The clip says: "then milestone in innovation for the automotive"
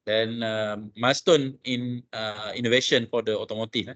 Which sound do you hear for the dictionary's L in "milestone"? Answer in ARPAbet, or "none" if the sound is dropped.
none